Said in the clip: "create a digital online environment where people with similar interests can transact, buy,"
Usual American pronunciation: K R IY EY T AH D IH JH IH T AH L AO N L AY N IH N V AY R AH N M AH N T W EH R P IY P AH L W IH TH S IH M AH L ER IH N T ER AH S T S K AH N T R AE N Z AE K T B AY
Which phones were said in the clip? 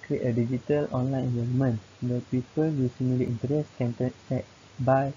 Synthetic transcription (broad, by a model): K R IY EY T AH D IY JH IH T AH L AO N L AY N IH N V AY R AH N M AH N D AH P IY P AH L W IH S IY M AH L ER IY N T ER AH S S K AH N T AE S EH T B AY